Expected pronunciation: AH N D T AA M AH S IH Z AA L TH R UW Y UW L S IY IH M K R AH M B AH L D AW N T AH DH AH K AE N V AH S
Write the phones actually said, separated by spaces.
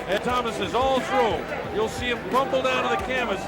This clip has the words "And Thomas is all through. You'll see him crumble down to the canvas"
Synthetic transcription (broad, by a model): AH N T AA M AH S IH Z AA L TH R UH Y UW L S IY IH M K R AH M B L D AW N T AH DH AH K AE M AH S